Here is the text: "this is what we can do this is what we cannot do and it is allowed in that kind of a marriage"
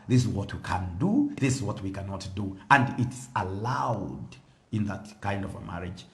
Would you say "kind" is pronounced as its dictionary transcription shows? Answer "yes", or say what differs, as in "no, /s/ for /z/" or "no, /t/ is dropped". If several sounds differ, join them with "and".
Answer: yes